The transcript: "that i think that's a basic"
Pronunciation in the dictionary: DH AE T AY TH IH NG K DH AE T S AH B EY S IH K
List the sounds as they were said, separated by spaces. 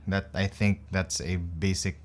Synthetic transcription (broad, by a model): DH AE T AY TH IH NG K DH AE T S AH B EY S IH K